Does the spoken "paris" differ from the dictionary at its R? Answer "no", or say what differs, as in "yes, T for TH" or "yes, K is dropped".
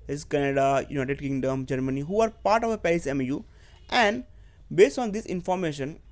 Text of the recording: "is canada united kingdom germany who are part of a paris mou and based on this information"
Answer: yes, R is dropped